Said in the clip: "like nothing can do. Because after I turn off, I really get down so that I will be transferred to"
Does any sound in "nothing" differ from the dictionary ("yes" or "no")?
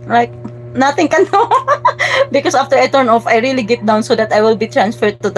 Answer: yes